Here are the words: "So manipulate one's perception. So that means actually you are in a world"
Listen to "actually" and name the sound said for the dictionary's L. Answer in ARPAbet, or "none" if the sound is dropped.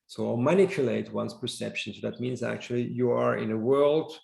L